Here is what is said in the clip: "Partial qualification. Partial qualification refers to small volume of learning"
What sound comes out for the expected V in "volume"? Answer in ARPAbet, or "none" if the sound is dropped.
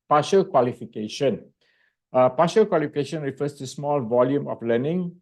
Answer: V